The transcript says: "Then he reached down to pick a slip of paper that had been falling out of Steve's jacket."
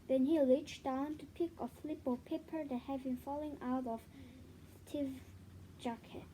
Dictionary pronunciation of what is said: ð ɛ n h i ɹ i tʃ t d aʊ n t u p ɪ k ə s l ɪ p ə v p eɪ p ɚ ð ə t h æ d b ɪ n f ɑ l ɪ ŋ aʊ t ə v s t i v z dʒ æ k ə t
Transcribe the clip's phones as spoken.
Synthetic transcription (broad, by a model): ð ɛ n h i l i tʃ d aʊ n t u p ɪ k ə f l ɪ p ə p eɪ p ɚ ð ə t h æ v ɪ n f ɑ l ɪ ŋ aʊ t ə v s t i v dʒ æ k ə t